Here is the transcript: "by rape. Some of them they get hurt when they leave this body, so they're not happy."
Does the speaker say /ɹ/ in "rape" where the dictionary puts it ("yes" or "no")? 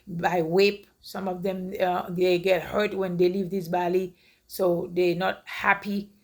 no